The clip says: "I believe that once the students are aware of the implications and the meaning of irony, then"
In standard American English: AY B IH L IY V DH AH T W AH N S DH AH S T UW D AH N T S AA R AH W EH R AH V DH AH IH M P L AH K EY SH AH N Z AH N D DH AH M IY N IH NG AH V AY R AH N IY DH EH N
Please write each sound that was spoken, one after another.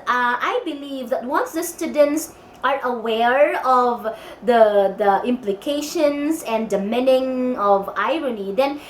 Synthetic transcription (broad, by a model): AY B IH L IY V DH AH T W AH N S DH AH S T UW D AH N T S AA R AH W EH R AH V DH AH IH M P L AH K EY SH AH N S AH N D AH M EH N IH NG AH V AY R AH N IY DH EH N